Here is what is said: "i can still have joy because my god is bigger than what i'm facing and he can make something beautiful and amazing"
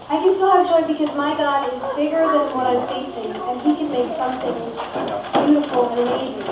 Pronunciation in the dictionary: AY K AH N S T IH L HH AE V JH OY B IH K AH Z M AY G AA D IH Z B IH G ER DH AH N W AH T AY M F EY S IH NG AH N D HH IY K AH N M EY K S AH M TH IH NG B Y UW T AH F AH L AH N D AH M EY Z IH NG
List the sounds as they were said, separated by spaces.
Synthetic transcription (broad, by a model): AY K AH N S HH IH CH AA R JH B IH K AH Z M AY G AA D IH Z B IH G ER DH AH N W AH T AY M F EY S IH NG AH N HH IY K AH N M EY K S AH M TH IH NG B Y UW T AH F L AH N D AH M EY Z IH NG